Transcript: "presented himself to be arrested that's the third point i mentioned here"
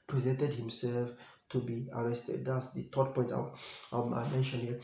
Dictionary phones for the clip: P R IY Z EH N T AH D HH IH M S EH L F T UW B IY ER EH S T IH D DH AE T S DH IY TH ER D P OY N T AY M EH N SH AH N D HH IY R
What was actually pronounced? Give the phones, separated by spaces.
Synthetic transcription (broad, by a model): P R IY Z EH N T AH D HH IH M S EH L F T UW B IY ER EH S T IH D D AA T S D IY T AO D P OY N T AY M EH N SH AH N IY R